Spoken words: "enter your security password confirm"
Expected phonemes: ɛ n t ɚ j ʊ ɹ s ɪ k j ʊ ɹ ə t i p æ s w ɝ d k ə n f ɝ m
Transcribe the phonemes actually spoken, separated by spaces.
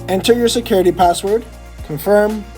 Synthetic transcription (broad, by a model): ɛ n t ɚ j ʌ ɹ s ɪ k j ʊ ɹ ə t i p æ s w ɝ d k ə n f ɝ m